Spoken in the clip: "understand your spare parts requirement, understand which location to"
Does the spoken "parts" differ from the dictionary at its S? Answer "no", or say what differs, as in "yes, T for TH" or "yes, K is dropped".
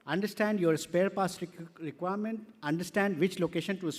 yes, S is dropped